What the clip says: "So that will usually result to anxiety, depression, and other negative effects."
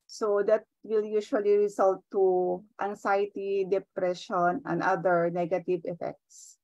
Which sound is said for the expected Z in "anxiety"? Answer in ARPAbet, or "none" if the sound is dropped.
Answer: S